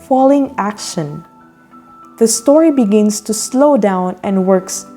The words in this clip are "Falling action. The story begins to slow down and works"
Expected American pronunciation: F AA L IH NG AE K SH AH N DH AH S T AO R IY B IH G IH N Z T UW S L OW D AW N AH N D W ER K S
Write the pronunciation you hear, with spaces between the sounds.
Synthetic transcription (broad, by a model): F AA L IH NG AE K SH AH N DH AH S T AO R IY B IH G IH N S T UW S L OW D AW N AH N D W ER K S